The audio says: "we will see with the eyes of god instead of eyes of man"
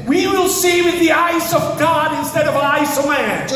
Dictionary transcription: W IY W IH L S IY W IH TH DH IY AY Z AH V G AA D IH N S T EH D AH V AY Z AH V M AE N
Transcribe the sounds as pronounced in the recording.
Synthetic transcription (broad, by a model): W IY W IH L S IY W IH DH IY AY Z AH V G AA D IH N S T EH D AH V AY S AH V M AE N